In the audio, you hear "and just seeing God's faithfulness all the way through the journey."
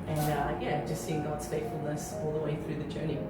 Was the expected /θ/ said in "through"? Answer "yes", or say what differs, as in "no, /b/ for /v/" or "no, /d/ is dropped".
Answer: yes